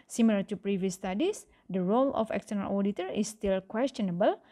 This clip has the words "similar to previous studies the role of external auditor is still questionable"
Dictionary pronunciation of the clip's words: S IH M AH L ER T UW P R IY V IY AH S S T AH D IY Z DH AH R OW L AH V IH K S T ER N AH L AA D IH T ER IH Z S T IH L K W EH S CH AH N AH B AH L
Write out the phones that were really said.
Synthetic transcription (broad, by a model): S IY M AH L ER T UW P R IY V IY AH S S T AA D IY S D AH R OW L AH F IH K S T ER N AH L AA D IH T ER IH S T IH L K W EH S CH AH N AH B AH L